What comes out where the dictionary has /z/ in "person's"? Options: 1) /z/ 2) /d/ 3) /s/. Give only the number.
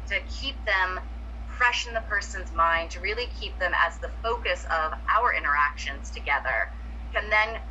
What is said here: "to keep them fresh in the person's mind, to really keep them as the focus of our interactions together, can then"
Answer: 1